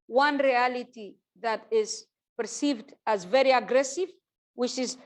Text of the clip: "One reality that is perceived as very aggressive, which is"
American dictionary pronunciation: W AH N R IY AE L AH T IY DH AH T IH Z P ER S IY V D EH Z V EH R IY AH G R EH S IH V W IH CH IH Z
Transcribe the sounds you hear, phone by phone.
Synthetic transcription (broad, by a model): W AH N R IY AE L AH T IY DH AH T IH Z P ER S IY V D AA Z V EH R IY AH G R EH S IH V W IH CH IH Z